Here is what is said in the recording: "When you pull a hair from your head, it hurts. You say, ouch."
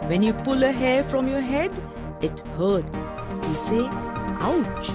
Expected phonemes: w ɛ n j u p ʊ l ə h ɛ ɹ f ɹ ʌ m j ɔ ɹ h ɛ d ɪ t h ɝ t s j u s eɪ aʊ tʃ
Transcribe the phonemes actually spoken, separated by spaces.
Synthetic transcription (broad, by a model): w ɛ n j u p ʊ l ə h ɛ f ɹ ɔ m j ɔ h ɛ d ɪ t h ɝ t j u s eɪ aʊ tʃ